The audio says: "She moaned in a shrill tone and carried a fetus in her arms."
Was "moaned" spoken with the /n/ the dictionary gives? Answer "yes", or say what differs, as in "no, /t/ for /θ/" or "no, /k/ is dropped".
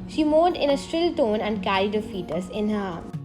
no, /n/ is dropped